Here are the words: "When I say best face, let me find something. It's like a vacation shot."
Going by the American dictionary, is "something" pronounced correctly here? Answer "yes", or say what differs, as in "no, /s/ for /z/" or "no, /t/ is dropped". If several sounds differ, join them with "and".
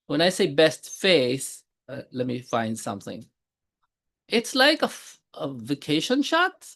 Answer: yes